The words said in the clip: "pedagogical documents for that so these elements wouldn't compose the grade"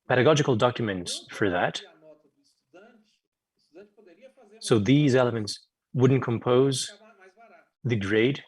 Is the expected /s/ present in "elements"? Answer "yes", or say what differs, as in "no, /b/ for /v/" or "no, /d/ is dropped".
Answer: yes